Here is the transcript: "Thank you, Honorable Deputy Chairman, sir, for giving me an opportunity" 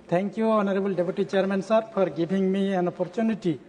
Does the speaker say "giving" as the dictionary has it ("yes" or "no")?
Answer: no